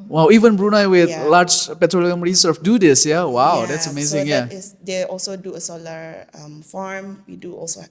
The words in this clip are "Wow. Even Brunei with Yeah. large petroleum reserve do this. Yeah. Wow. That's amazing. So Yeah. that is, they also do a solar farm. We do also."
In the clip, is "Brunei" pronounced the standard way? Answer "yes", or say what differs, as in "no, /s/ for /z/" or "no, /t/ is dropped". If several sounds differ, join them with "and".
yes